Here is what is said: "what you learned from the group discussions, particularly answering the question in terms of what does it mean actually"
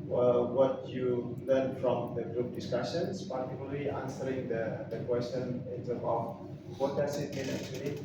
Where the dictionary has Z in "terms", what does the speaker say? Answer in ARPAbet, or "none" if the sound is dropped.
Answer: none